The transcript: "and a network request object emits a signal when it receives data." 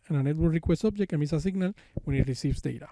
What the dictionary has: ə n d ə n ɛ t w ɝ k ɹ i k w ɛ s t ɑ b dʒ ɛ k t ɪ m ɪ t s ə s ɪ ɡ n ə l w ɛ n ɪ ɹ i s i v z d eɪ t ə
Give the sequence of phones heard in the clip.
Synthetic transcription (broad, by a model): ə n ə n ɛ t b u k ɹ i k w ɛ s ɑ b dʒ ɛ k ɪ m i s ə s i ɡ n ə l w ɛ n ɪ ɹ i s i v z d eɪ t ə